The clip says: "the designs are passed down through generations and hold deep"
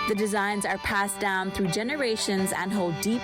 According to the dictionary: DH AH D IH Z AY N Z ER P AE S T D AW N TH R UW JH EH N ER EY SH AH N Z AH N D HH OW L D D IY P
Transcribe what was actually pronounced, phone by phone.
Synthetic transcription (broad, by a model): DH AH D IH Z AY N Z ER P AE S D AW N TH R UW JH EH N ER EY SH AH N Z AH N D HH OW L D D IY P